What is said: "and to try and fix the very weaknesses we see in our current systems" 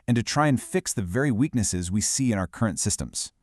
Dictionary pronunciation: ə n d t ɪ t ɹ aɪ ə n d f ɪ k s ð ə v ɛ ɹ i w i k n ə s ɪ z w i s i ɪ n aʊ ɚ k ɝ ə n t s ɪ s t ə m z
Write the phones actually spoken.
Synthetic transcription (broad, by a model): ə n t ɪ t ɹ aɪ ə n f ɪ k s ð ə v ɛ ɹ i w i k n ə s ɪ z w i s i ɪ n aʊ ɚ k ɝ ə n t s ɪ s t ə m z